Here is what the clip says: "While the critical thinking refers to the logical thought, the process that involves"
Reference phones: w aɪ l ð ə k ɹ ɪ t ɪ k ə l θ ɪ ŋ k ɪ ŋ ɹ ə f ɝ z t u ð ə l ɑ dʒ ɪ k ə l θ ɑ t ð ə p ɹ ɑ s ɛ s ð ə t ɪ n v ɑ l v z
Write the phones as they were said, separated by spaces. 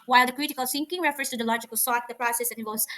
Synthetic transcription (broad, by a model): w aɪ l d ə k ɹ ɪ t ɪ k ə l s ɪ ŋ k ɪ ŋ ɹ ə f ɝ s t u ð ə l ɑ dʒ ɪ k ə l s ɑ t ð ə p ɹ ɑ s ɛ s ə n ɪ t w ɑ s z